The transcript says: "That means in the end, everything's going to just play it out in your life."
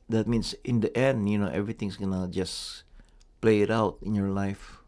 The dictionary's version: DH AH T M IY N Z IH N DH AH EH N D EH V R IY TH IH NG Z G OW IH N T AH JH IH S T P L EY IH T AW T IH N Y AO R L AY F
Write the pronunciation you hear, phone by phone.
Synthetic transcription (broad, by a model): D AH T M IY N S IH N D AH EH N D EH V R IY T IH NG S G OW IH N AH JH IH S P L EY IH T AW T IH N Y AO R L AY F